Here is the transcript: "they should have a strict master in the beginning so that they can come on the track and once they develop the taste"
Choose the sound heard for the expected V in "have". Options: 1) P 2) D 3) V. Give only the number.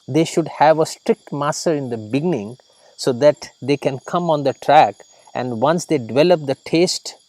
3